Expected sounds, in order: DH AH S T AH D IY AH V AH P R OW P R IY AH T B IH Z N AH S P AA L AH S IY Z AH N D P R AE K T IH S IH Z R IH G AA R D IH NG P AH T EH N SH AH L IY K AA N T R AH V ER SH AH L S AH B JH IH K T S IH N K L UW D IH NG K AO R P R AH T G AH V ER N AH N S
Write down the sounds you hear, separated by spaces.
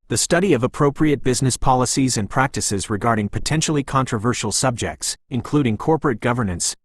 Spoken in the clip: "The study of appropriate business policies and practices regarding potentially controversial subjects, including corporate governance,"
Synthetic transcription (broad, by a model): DH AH S T AH D IY AH V AH P R OW P R IY AH T B IH Z N AH S P AA L AH S IY Z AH N P R AE K T IH S IH Z R IH G AA R D IH NG P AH T EH N SH L IY K AA N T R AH V ER SH L S AH B JH IH K T S IH N K L UW D IH NG K AO R P R AH T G AH V ER N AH N S